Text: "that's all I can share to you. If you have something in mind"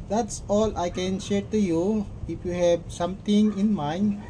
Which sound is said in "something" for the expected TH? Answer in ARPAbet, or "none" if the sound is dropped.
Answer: T